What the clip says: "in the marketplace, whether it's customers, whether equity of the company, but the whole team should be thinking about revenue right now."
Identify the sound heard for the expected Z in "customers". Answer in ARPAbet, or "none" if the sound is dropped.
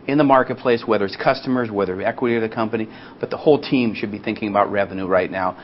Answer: Z